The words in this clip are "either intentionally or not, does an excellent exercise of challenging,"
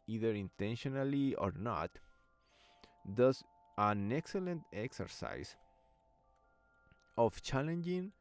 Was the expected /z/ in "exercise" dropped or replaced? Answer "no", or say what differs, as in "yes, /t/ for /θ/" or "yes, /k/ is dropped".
yes, /s/ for /z/